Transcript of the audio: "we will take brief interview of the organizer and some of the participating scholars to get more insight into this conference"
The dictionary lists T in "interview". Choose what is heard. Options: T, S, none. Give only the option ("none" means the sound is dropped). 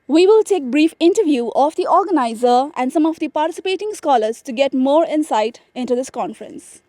T